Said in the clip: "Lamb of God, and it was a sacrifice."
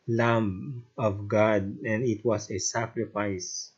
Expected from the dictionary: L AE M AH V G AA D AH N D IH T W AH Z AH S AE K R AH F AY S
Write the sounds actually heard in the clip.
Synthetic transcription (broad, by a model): L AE M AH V G AA D AH N D IH T W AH S AH S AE K R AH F AY S